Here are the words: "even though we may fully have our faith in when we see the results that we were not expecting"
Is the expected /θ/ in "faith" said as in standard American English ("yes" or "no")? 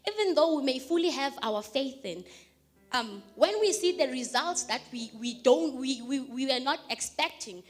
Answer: yes